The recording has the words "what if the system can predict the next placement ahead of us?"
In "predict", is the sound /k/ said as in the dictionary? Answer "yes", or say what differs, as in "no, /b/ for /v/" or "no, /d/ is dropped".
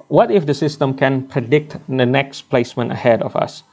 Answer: yes